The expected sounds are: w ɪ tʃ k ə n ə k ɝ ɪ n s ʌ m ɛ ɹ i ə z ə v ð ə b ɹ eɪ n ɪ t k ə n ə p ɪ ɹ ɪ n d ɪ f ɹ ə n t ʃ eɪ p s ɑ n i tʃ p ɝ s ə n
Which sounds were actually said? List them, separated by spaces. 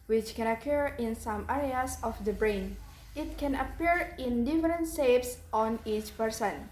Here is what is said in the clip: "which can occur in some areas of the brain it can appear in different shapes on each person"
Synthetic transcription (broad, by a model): w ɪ tʃ k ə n ə k ɝ ɪ n s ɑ m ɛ ɹ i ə s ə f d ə b ɹ eɪ n ɪ t k ə n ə p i ɹ ɪ n d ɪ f ɹ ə n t s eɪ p s ɑ n i tʃ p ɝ s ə n